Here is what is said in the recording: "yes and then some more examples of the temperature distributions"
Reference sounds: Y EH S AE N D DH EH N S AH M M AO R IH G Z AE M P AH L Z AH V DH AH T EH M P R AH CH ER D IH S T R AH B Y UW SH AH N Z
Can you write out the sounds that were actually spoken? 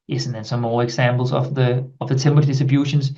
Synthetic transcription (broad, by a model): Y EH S N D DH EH N S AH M M AO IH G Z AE M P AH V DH AH V DH AH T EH M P AH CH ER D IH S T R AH B Y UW SH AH N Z